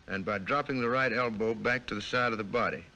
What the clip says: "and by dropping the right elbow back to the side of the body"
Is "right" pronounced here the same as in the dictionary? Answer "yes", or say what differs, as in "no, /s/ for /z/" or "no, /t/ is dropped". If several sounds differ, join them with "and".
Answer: yes